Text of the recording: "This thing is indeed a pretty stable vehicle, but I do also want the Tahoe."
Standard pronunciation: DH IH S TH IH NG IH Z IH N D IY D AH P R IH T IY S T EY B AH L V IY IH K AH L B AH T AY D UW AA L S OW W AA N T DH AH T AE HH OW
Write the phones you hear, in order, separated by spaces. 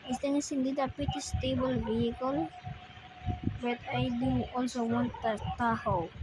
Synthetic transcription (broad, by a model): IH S T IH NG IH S IH N D IY D AH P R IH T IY S T EY B AH L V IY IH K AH L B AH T AY D UW AA L S OW W AA N T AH T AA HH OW